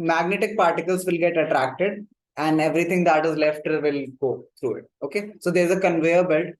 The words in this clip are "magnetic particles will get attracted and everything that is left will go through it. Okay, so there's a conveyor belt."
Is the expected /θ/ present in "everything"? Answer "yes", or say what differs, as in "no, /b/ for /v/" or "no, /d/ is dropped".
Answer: no, /t/ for /θ/